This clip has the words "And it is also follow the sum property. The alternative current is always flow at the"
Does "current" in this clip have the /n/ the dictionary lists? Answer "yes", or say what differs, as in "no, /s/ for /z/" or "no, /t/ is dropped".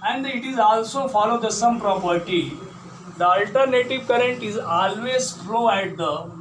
yes